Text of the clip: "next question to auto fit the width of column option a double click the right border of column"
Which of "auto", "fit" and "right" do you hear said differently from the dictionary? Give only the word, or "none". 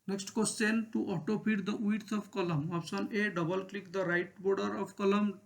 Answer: fit